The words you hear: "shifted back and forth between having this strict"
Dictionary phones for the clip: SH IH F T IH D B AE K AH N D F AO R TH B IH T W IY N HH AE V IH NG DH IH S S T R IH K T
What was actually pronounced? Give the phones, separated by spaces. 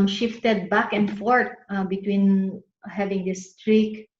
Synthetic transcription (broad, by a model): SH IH F T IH D B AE K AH N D F AO R T B IH T W IY N HH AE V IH NG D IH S S T R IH K